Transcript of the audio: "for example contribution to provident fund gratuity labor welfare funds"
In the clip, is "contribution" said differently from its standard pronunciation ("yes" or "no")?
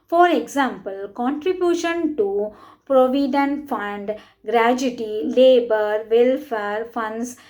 no